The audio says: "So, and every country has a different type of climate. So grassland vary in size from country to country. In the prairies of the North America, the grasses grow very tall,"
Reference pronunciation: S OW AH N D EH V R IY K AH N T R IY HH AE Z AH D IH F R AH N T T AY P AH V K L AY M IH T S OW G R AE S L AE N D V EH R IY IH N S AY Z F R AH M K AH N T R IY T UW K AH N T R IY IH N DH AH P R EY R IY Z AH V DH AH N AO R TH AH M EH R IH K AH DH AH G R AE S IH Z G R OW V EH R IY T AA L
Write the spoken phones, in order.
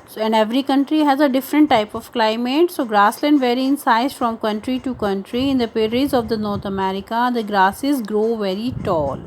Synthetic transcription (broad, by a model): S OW AH N D EH V R IY K AH N T R IY HH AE Z AH D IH F R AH N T T AY P AH V K L AY M IH T S OW G R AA S L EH N D V EH R IY IH N S AY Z F R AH M K AH N T R IY T UW K AH N T R IY IH N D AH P EY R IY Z AH V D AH N AO R T AH M EH R IH K AH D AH G R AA S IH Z G R OW V EH R IY T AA L